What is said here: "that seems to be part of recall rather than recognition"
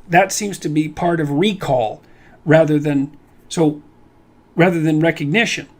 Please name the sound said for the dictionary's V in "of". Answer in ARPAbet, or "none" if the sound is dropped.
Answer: V